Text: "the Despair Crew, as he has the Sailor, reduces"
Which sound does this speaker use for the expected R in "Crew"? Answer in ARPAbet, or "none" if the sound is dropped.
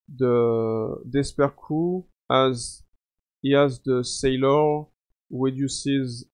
none